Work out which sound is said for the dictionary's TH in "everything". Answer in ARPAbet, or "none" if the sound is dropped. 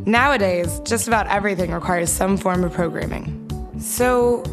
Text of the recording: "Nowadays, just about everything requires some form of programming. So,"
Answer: TH